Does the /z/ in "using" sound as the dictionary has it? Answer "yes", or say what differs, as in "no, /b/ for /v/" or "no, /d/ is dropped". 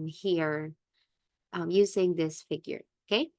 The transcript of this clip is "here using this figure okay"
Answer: yes